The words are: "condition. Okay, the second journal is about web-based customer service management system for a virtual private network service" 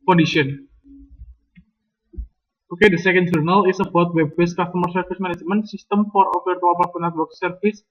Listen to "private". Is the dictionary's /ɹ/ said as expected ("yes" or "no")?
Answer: no